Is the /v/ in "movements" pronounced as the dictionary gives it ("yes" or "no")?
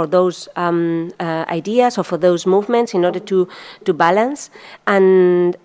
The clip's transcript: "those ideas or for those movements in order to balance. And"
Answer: yes